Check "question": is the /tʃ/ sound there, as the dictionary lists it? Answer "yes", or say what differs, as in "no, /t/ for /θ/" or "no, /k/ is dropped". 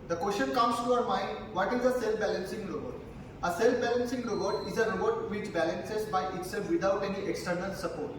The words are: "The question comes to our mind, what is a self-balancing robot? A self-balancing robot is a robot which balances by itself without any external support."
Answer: no, /ʃ/ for /tʃ/